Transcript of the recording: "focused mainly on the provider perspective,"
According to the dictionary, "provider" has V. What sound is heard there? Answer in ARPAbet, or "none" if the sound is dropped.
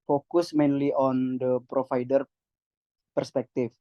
F